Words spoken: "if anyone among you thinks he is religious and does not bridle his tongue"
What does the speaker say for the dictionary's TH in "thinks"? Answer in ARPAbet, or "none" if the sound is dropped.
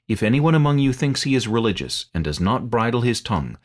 TH